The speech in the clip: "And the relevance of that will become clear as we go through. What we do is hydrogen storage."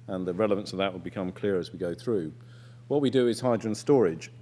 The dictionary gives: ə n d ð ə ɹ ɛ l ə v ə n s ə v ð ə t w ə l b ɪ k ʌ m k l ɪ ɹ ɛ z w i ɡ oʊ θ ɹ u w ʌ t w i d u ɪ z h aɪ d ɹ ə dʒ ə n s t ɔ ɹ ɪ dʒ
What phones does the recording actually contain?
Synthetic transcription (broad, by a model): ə n ð ə ɹ ɛ l ə v ə n s ə v ð ə t w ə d b ɪ k ʌ m k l ɪ ɹ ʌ z w i ɡ oʊ θ ɹ u w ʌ t w i d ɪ ɪ z h aɪ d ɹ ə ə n s t ɔ ɹ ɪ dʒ